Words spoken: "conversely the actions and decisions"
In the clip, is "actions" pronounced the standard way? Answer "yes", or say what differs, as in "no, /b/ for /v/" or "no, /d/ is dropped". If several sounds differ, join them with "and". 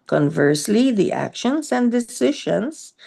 no, /s/ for /z/